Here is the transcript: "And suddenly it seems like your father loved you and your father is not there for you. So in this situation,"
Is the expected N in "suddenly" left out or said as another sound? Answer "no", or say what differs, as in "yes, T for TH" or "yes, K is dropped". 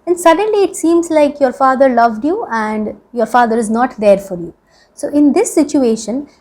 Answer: no